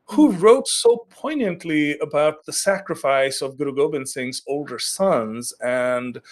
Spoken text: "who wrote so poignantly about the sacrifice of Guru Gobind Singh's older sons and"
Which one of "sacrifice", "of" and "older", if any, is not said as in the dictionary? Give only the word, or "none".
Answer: none